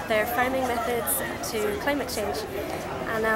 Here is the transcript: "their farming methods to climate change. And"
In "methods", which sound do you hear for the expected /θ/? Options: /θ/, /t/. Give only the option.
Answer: /θ/